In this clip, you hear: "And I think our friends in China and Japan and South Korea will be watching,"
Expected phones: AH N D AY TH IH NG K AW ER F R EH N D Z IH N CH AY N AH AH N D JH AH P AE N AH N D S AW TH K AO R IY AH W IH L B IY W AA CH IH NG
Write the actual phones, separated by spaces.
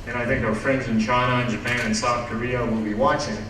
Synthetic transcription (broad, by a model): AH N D AY TH IH NG K AW ER F R EH N D Z IH N CH AY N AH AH N JH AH P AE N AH N S AW TH K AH R IY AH W IH L B IY W AA CH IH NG